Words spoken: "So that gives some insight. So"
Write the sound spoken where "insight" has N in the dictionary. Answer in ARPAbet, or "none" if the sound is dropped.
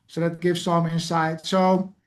N